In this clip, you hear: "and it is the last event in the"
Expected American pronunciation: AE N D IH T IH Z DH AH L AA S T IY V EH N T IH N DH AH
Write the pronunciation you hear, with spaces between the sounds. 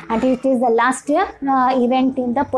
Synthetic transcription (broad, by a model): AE N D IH T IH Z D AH L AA S T IY V EH N T IH N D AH